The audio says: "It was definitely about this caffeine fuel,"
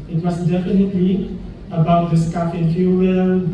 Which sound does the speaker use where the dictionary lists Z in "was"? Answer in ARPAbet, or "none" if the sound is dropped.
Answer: S